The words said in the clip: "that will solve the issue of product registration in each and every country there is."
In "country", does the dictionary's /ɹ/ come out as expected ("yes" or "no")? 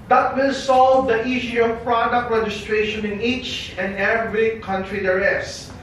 yes